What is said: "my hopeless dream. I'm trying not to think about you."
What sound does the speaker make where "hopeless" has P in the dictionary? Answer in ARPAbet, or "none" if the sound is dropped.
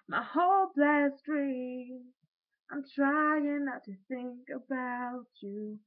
B